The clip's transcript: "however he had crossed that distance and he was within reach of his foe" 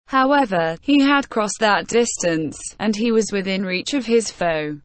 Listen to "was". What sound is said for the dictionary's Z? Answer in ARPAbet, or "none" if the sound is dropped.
Z